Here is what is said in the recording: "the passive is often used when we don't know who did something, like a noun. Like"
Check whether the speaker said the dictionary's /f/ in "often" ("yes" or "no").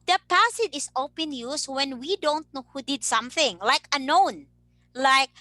no